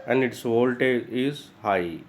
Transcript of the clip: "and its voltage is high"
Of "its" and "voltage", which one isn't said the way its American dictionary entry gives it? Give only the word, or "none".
voltage